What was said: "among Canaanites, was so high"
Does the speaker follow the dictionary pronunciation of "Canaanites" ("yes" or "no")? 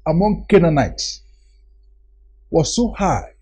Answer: yes